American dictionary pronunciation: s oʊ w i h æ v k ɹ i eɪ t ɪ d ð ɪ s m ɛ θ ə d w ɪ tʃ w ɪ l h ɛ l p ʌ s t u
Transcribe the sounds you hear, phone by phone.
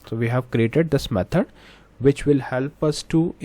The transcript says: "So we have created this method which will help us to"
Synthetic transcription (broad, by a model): s oʊ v i h æ v k ɹ i eɪ t ɪ d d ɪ s m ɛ t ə d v ɪ tʃ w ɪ l h ɛ l p ʌ s t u